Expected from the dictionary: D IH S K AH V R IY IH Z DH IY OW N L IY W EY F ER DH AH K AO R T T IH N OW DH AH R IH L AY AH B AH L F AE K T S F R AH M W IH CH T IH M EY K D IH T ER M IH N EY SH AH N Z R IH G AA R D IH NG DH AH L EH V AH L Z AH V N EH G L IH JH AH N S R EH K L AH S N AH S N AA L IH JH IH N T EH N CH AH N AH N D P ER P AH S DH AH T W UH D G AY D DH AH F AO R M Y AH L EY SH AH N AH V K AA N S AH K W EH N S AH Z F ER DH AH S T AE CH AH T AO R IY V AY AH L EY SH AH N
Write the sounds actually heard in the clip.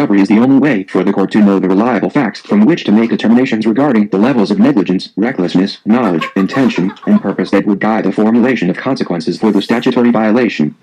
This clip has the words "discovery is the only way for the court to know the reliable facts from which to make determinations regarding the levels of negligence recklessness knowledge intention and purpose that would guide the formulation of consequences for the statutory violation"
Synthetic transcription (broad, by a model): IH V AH R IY IH Z DH IY OW N L IY W EY F ER DH AH K AO R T T IH N OW DH AH R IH L AY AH B L F AE K T S F R AH M W IH CH T IH M EY K D IH T ER M IH N EY SH AH N Z R IH G AA R D IH NG DH AH L EH V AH L Z AH V N EH G L IH JH AH N S R EH K L AH S N AH S N AA L IH JH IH N T EH N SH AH N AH N P ER P AH S DH AH T W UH D G AY D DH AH F AO R M Y AH L EY SH AH N AH V K AA N S AH K W EH N S AH Z F ER DH AH S T AE CH AH T AO R IY V AY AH L EY SH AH N